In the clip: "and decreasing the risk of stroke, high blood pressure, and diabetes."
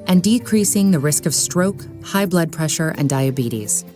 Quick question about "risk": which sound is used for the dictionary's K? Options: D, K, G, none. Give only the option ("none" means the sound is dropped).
K